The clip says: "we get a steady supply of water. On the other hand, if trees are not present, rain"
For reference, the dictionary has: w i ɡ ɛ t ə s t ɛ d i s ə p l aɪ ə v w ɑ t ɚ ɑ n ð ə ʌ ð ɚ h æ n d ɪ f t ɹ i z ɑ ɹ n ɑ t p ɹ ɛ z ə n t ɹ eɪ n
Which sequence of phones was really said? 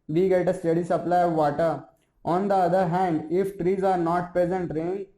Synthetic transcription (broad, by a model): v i ɡ ɛ t ə s t ɛ d i s ə p l aɪ ə v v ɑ t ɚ ɑ n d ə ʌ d ɚ h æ n d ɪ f t ɹ i z ɑ ɹ n ɑ t p ɹ ɛ z ə n t ɹ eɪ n